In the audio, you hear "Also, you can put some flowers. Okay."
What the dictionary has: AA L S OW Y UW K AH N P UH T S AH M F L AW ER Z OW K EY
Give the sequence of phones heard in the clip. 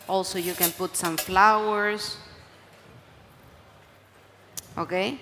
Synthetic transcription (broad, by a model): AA L S OW Y UW K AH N P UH T S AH M F L AW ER S OW K EY